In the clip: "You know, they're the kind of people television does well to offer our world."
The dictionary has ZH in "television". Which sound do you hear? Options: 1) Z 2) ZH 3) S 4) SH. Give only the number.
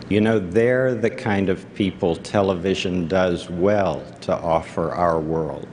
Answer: 2